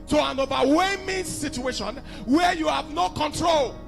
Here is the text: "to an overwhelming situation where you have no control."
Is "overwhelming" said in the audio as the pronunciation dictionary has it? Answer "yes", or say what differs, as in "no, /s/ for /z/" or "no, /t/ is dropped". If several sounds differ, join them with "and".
no, /l/ is dropped